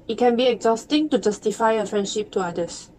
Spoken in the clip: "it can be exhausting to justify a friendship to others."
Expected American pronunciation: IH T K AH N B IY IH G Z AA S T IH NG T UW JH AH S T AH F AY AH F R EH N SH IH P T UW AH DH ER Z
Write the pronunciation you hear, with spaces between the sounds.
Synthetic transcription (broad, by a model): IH T K AH N B IY IH G Z AA S T IH NG T UW JH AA S T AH F AY AH F R EH N SH IH P T UW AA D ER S